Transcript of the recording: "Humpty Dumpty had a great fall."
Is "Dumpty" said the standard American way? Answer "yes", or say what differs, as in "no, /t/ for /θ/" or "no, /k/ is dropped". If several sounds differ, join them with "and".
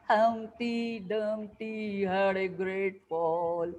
no, /p/ is dropped